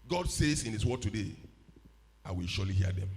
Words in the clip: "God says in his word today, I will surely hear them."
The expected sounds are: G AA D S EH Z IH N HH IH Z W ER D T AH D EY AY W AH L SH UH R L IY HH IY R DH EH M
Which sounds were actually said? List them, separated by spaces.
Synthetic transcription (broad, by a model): G AA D S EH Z IH N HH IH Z W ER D T AH D EY AY W AH L SH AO L IY HH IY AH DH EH M